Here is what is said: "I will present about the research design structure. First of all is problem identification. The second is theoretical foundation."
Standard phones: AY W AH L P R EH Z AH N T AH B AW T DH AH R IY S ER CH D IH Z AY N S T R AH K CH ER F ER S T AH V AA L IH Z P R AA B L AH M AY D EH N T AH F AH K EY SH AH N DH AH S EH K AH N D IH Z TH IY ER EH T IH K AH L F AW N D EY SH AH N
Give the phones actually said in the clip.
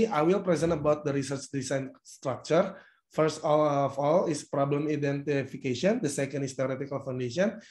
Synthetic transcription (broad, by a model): AY W AH L P R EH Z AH N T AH B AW T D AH R IY S ER CH D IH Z AY N S T R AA K CH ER F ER S T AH F AA L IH S P R AA B L AH M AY D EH N T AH F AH K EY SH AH N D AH S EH K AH N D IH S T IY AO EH T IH K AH L F AW N D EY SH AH N